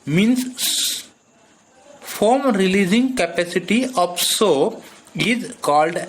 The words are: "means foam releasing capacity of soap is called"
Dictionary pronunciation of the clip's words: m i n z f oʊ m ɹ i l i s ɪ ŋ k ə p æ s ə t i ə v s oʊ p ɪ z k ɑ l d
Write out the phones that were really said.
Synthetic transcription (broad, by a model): m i n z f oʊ m ɹ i l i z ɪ ŋ k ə p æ s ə t i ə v s oʊ ɪ z k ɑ l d